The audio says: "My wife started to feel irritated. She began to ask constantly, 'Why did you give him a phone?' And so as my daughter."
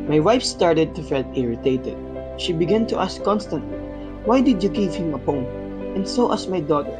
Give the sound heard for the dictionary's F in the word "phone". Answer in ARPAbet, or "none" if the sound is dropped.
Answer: P